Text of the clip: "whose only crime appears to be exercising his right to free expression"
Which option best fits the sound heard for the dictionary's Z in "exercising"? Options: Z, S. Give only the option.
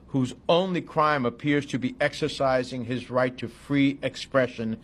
Z